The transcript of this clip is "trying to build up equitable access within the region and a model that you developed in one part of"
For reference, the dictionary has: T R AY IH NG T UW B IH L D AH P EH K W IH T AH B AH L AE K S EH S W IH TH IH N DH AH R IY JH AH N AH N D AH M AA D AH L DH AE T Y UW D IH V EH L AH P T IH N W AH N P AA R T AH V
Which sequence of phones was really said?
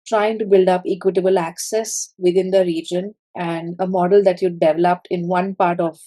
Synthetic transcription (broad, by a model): T R AY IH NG T UW B IH L D AH P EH K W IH T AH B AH L AE K S EH S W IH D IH N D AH R IY JH AH N AH N D AH M AA D AH L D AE T Y UW D IH V EH L AH P T IH N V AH N P AA R T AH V